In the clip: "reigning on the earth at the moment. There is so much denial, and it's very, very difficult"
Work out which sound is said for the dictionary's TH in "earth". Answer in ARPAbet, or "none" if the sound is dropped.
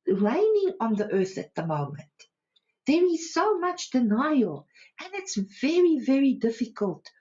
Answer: TH